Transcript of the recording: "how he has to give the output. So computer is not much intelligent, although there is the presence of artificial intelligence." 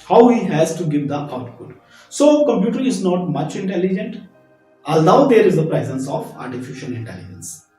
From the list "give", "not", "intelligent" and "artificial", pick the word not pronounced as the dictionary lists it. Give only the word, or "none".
artificial